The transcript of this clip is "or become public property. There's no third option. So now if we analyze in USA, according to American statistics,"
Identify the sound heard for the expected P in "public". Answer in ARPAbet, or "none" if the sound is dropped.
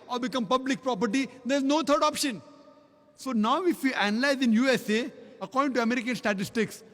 P